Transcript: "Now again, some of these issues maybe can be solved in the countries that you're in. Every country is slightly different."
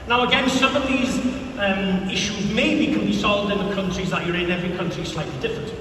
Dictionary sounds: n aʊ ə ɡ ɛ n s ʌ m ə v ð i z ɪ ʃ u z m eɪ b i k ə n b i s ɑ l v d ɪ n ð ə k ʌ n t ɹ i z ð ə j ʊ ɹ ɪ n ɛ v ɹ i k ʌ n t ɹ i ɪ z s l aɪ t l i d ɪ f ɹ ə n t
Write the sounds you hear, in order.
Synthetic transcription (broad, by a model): n aʊ ə ɡ ɛ n s ʌ m ə v ð i z ɪ ʃ u z m eɪ b i k ə n b i s ɑ l v d ɪ n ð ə k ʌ n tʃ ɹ i z ð ə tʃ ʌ ɹ ɪ n ɛ v ɹ i k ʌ n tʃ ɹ i s l aɪ t l i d ɪ f ɹ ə n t